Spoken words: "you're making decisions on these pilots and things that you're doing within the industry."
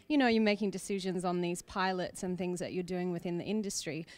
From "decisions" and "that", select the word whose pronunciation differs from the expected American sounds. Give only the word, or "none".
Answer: none